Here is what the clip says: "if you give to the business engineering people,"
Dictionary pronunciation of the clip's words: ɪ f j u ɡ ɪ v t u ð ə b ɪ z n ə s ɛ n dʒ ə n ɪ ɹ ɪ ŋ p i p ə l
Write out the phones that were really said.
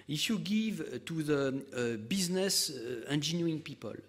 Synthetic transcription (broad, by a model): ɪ f j u ɡ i v t u ð ə b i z n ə s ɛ n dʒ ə n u ɪ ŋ p i p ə l